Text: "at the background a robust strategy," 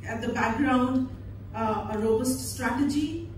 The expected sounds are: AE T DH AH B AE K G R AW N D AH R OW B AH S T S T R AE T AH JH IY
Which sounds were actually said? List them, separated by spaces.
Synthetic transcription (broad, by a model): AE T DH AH B AE K G R AW N D AH R OW B AH S T S T R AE T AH JH IY